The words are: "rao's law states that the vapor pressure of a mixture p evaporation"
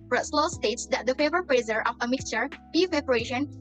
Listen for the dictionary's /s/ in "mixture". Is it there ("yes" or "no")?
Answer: yes